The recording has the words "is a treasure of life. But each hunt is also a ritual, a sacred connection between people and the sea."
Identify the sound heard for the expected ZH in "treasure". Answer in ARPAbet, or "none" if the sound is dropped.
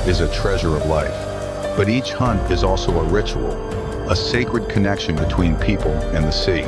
ZH